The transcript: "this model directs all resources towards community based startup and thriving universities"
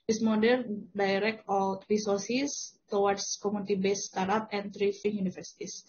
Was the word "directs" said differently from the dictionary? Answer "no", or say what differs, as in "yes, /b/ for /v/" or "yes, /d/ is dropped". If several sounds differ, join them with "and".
yes, /s/ is dropped